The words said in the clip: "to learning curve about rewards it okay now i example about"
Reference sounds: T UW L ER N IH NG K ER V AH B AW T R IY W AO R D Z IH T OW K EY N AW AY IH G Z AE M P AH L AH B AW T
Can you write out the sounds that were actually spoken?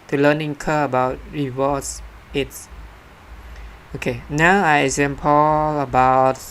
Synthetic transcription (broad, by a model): T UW L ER N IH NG K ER AH B AW T R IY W AO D S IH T OW K EY N AW AY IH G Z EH M P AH L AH B AW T